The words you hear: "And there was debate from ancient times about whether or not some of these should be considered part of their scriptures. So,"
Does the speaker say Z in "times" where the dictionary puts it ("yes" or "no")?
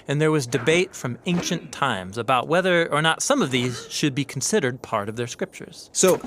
yes